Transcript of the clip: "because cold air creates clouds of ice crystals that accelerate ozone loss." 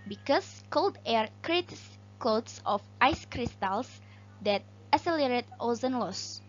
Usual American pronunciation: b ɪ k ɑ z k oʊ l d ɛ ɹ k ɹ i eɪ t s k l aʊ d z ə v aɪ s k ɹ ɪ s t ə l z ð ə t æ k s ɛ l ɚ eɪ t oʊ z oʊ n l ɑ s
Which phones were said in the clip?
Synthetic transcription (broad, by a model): b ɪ k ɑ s k oʊ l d ɛ ɹ k ɹ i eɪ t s k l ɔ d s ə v aɪ s k ɹ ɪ s t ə l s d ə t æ s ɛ l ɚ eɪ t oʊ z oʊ n l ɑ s